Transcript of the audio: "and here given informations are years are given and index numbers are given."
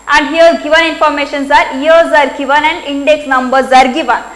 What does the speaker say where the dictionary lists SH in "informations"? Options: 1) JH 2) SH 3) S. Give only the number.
2